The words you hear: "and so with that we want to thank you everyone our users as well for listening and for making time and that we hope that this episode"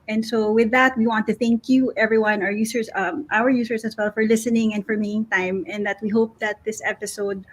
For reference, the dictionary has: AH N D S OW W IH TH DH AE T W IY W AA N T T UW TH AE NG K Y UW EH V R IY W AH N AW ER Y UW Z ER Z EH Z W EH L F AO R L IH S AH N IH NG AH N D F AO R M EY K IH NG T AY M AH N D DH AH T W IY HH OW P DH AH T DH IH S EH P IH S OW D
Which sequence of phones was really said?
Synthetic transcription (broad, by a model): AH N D S OW W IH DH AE T W IY W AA N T T UW TH AE NG K Y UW EH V R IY W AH N AW ER Y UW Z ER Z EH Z W EH L F AO R L IH S AH N IH NG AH N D F AO R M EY IH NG T AY M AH N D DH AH T W IY HH OW P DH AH T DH IH S EH P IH S OW D